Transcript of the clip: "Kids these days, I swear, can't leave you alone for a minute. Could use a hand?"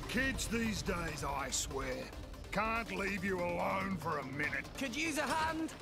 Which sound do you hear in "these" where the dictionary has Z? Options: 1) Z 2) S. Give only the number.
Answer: 1